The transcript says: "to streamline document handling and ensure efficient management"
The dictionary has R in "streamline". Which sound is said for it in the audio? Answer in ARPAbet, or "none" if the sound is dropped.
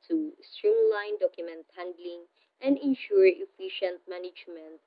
R